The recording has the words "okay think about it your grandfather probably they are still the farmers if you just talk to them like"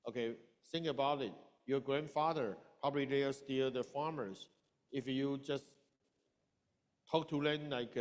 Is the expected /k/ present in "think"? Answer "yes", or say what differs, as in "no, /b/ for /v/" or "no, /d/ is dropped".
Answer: no, /k/ is dropped